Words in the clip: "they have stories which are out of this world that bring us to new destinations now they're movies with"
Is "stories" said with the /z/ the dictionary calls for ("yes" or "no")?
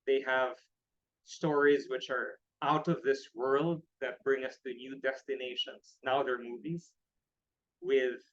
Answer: yes